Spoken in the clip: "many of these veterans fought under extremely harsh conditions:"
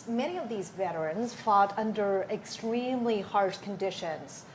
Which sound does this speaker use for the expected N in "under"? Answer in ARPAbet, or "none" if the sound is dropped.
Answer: N